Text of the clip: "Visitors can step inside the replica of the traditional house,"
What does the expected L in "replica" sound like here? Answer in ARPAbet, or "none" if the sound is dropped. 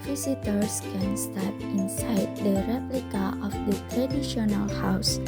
L